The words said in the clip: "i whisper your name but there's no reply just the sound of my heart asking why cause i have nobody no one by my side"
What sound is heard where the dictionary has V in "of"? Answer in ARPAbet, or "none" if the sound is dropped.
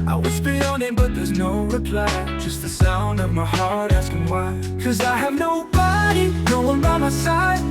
V